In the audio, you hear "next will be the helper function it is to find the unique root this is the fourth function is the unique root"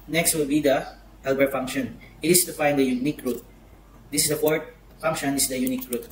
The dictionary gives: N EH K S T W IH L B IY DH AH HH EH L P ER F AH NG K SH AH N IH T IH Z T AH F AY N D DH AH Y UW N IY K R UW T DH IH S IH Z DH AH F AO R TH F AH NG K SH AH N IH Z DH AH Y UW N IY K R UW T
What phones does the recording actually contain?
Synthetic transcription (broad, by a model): N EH K S T W IH L B IY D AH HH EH L B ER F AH NG K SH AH N T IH S T AH F AY N D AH Y UW N IY K R UW T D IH S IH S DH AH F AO R T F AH NG K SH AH N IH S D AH Y UW N IY K R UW T